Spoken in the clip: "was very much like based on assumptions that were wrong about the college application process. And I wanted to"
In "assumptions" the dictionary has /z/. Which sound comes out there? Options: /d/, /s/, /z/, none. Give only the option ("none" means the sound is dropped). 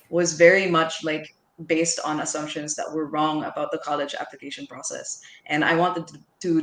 /z/